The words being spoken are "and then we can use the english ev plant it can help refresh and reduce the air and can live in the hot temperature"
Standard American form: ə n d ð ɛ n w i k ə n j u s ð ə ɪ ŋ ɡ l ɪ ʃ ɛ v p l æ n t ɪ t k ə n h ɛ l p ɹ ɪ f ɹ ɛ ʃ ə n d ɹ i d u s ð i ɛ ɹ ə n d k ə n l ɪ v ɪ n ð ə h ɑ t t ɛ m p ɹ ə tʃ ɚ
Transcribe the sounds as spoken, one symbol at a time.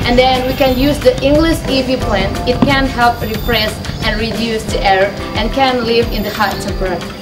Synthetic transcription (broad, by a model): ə n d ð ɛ n w i k ə n j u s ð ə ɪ ŋ ɡ l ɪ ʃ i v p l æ n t ɪ t k ə n h ɛ l p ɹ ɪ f ɹ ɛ s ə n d ɹ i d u s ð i ɛ ɹ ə n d k ə n l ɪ v ɪ n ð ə h ɑ t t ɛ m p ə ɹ